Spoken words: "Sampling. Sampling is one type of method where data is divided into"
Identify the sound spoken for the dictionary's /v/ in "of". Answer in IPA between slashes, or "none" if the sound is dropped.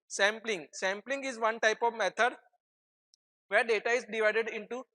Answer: /v/